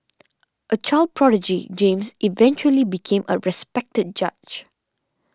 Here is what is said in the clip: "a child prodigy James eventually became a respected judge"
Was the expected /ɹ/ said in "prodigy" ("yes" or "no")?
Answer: yes